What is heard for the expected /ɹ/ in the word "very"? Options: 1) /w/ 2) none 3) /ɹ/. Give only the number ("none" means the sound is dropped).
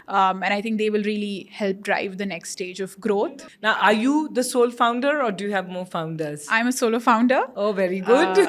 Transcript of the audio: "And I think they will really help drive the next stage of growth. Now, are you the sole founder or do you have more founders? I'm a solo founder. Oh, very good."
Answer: 3